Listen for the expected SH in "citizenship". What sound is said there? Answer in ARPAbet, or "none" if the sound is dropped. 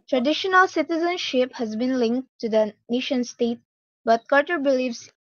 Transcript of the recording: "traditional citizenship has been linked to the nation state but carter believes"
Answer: SH